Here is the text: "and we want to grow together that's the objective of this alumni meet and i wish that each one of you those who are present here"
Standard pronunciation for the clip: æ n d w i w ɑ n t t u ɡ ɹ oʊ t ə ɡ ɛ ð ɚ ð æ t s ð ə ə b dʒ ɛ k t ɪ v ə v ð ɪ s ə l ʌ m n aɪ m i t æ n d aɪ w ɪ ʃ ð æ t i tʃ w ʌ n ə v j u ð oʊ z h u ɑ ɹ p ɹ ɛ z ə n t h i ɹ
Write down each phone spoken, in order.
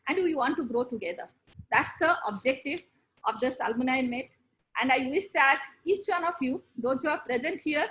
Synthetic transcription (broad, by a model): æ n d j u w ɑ n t t u ɡ ɹ oʊ t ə ɡ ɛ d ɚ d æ t s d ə ə b dʒ ɛ k t ɪ v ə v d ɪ s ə l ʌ n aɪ m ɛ t æ n d aɪ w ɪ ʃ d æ t i tʃ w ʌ n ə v j u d oʊ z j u ɑ ɹ p ɹ ɛ z ə n t h i ɹ